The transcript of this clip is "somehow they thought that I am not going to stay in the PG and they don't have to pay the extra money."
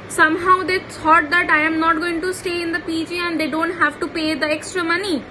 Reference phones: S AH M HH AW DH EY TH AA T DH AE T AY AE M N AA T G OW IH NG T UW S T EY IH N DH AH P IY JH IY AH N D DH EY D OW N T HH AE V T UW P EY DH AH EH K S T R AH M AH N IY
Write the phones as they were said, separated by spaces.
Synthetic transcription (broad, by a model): S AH M HH AW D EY S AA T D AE T AY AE M N AA T G OW IH NG T UW S T EY IH N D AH P IY JH IY AH N D EY D OW N T HH AE V T UW P EY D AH EH K S T R AH M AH N IY